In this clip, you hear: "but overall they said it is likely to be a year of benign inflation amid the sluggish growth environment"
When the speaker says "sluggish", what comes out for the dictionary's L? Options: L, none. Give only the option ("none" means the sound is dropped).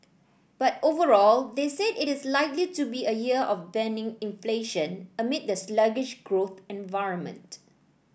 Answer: L